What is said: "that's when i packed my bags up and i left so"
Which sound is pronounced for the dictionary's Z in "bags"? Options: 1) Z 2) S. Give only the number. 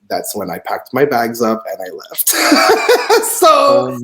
1